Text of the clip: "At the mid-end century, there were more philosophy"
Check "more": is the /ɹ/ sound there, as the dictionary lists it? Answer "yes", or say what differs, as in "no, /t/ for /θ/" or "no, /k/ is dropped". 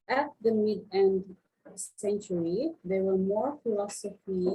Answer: yes